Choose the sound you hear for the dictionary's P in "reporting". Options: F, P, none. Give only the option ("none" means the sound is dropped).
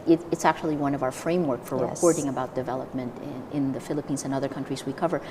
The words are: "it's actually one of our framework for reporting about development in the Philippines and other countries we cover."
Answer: none